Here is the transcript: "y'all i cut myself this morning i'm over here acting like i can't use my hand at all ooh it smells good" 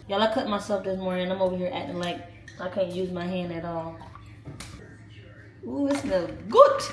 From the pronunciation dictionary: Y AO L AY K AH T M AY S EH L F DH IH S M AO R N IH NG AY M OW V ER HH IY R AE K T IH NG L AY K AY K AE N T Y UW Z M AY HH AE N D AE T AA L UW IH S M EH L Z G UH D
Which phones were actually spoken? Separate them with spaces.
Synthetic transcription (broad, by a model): Y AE L AY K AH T M AY S EH L F DH IH S M AO R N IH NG AY M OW W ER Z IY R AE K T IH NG L AY K AY K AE N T Y UW Z M AY HH AE N D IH T AA L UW IH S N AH G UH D